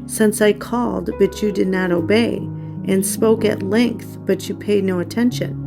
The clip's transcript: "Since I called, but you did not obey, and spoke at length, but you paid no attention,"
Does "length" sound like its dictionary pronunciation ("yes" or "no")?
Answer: yes